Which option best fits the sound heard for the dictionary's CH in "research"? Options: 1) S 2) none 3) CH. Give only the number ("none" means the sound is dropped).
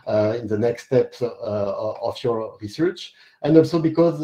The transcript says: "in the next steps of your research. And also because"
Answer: 3